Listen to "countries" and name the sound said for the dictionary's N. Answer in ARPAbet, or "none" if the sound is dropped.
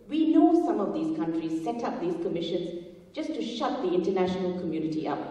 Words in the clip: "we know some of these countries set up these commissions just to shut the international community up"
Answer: N